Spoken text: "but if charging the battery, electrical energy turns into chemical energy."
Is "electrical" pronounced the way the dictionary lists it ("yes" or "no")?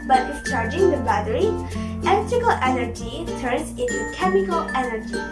no